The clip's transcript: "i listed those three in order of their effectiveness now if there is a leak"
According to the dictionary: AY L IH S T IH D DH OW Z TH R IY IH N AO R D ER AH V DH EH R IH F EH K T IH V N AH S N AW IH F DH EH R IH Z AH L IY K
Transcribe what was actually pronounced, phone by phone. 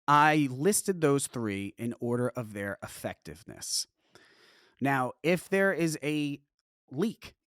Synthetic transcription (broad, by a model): AY L IH S T IH D DH OW Z TH R IY IH N AO R D ER AH V DH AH R IH F EH K T IH V N AH S N AW IH F DH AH R IH Z AH L IY K